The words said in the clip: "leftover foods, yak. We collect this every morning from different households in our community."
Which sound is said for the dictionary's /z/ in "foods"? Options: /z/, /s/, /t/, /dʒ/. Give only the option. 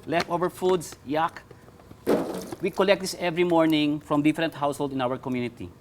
/s/